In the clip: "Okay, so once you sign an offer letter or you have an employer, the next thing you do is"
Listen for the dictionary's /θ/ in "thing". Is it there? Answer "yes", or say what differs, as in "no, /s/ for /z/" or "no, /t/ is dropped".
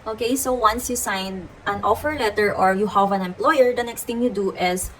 no, /t/ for /θ/